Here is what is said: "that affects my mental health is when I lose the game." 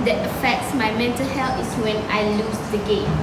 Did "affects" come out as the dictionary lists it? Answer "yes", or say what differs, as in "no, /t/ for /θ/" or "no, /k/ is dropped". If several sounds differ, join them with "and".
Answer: yes